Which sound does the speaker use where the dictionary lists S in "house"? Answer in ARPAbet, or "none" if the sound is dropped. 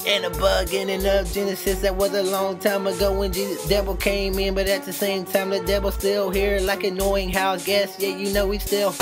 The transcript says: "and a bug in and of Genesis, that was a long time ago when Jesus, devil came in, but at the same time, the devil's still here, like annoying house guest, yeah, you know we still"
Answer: none